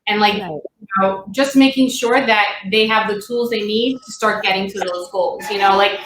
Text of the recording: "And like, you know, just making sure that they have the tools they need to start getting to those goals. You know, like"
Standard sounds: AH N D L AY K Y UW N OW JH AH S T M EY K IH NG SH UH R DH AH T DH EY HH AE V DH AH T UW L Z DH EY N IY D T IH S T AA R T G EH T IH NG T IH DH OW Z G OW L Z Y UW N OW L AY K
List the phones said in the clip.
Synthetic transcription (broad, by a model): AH N L AY K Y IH N OW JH AH S T M EY K IH NG SH UH R DH AH T DH EY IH V DH AH T UW L Z DH EY N IY D T IH S T AA R T G EH T IH NG T IH DH OW Z G OW L Z Y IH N OW L AY K